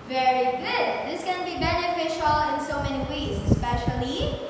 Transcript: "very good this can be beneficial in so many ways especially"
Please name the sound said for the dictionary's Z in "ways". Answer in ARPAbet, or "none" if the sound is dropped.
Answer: S